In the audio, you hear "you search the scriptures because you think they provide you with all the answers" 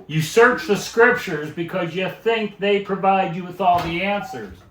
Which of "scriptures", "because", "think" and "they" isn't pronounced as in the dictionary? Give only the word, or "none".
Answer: none